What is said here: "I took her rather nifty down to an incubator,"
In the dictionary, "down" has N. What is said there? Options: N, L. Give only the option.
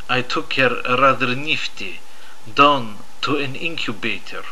N